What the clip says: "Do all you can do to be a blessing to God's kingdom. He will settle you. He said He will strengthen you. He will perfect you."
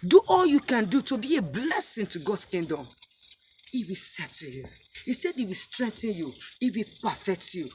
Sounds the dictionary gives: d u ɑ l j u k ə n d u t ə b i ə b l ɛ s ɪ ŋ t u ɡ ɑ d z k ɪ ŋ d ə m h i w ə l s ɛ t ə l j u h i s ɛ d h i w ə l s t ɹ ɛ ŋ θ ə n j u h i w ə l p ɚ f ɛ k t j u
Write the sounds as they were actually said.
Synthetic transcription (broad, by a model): d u ɑ l j u k ə n d u t ə b i ə b l ɛ s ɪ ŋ t u ɡ ɑ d s k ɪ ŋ d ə m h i w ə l s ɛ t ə j u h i s ɛ d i w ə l s t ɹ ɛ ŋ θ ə n j u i w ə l p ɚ f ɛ k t j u